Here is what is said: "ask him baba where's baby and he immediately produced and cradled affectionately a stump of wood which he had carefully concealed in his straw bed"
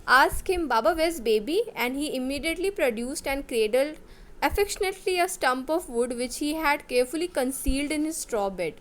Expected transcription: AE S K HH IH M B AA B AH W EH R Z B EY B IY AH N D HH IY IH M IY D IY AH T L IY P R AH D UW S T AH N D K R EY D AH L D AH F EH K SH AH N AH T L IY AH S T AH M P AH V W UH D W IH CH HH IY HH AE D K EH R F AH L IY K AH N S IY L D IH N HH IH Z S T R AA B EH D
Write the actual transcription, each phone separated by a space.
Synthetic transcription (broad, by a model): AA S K HH IH M B AA B AH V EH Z B EY B IY AH N D HH IY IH M IY D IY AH T L IY P R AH D UW S T AH N D K R EY D AH L D AH F EH K SH AH N AH T L IY AH S T AH M P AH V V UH D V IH CH HH IY HH AE D K EH R F AH L IY K AH N S IY L D IH N HH IH Z S T R AA B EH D